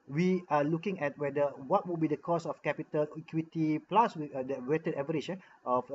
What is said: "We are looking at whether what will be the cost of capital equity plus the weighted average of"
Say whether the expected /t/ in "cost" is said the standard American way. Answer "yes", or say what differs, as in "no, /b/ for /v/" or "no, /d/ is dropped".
no, /t/ is dropped